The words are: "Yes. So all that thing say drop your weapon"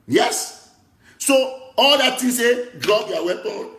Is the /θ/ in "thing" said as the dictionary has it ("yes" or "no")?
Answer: no